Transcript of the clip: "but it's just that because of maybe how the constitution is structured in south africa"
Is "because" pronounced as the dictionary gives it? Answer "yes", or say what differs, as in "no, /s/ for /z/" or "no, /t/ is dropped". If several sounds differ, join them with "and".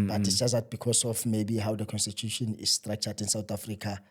no, /s/ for /z/